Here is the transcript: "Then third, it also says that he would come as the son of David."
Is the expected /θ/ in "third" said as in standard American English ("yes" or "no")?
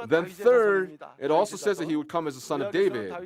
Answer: yes